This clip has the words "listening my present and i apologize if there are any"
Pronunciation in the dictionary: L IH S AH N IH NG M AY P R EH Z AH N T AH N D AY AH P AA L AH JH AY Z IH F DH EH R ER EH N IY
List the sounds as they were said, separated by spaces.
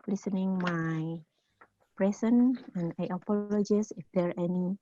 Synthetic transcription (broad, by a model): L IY S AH N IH NG M AY P R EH S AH N AH N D AY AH P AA L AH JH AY S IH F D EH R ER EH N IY